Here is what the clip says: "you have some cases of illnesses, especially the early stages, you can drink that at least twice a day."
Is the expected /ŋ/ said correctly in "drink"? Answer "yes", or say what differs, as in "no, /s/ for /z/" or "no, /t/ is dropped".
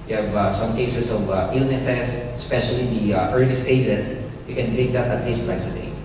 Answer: no, /ŋ/ is dropped